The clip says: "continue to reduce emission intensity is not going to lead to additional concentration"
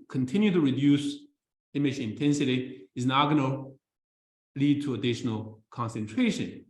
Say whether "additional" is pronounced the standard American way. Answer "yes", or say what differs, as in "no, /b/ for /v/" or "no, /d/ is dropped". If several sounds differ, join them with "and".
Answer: yes